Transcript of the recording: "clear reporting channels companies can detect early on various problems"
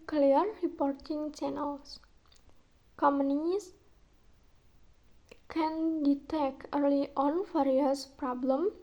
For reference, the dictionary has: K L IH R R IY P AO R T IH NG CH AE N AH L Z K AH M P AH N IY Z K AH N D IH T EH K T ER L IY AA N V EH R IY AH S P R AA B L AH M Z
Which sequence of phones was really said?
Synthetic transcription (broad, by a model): K L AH R R IY P AO R T IH NG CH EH N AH L S K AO M AH N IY S K AH N D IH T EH K ER L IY AA N F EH R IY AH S P R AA B L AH M